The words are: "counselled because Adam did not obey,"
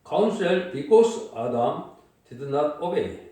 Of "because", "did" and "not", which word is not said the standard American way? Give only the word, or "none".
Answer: because